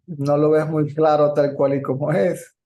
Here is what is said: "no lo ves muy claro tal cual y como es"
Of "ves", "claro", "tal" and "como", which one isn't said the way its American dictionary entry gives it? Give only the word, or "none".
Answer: ves